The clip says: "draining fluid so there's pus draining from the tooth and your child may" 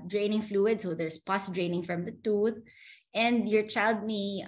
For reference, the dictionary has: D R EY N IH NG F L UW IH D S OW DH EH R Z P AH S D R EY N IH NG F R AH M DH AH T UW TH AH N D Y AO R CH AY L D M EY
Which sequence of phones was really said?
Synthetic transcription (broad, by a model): D R EY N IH NG F L UW IH D S OW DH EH R S P AH S D R EY N IH NG F R AH M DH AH T UW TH AH N D Y AO R CH AY L D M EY